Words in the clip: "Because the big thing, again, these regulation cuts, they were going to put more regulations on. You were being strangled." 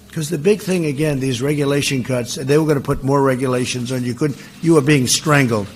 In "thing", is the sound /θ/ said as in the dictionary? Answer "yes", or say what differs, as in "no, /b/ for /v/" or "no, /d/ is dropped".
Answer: yes